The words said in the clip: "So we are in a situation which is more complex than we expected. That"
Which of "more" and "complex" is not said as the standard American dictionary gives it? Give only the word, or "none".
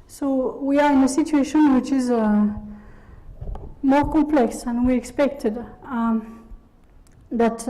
none